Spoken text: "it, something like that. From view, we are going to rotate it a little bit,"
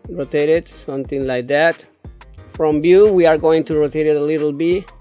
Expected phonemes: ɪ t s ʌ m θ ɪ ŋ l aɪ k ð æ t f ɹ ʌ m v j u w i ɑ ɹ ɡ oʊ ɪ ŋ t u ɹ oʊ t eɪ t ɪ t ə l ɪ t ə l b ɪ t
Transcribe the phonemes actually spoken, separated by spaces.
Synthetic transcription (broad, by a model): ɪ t s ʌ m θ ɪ ŋ l aɪ k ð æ t f ɹ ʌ m b j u w i ɑ ɹ ɡ oʊ ɪ ŋ t u ɹ oʊ t eɪ t ɪ t ə l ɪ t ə l b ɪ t